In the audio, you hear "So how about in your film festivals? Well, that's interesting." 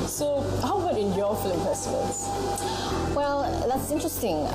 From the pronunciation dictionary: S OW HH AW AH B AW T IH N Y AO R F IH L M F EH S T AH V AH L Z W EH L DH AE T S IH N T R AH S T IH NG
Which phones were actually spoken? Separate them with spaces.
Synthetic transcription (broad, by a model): S OW HH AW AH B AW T IH N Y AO F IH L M P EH S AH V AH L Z W EH L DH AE T S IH N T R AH S T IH NG